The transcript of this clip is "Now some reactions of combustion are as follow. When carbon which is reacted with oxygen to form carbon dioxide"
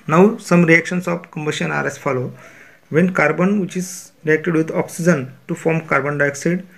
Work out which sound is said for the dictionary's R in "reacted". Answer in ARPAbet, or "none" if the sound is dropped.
R